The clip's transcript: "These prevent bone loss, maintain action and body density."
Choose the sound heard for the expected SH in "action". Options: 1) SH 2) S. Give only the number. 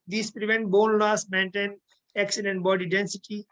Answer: 2